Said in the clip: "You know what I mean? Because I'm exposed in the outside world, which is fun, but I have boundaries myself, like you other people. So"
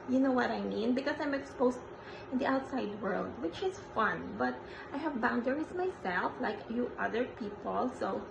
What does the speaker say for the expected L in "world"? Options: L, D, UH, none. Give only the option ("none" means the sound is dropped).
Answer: L